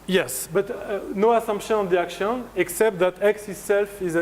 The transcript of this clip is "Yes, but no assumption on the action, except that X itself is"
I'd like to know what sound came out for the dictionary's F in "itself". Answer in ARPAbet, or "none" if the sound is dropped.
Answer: F